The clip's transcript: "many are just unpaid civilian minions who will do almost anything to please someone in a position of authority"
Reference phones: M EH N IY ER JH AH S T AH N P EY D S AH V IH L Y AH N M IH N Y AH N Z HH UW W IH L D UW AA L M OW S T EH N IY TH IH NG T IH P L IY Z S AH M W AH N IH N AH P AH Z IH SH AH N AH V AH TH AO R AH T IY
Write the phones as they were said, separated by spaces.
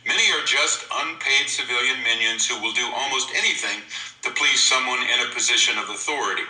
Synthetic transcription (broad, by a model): M EH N IY ER JH AH S T AH N P EY D S AH V IH L Y AH N M IH N Y AH N Z HH UW W IH L D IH AA L M OW S T EH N IY TH IH NG T IH P L IY Z S AH M W AH N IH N AH P AH Z IH SH AH N AH V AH TH AO R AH T IY